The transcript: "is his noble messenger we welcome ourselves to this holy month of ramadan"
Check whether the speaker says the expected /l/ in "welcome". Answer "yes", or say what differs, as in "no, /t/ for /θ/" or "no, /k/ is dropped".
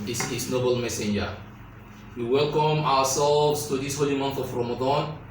yes